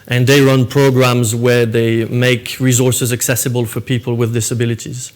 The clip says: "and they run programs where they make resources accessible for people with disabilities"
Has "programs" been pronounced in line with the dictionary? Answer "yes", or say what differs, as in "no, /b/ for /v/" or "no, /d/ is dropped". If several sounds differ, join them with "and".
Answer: yes